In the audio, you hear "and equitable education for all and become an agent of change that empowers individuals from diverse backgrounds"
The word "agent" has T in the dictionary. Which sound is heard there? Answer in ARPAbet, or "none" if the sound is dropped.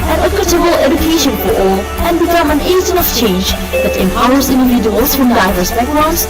none